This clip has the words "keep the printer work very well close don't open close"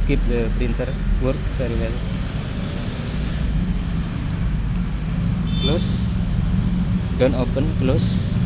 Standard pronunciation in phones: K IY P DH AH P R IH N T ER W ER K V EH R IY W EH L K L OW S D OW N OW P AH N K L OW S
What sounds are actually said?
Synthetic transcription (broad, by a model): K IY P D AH P R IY N T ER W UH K F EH R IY W EH L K L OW S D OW N OW P AH N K L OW S